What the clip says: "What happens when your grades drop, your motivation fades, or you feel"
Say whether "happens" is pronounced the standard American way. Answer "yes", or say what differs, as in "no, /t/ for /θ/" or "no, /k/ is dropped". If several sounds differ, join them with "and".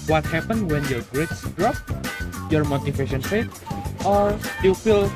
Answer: no, /z/ is dropped